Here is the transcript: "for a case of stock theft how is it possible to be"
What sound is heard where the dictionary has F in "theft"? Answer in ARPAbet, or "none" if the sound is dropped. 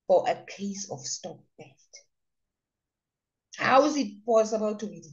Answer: none